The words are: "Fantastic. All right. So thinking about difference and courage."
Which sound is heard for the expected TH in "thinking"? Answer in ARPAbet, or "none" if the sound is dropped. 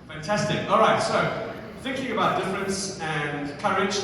TH